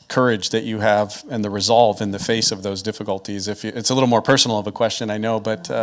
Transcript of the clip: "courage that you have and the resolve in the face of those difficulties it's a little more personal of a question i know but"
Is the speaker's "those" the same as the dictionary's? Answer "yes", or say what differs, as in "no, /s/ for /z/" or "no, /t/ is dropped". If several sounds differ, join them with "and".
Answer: yes